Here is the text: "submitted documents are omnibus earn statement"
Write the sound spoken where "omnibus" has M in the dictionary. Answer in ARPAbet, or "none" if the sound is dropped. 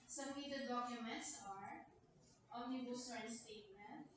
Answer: none